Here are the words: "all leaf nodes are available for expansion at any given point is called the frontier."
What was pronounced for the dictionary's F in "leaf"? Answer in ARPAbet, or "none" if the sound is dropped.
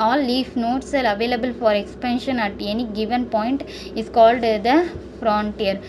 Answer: F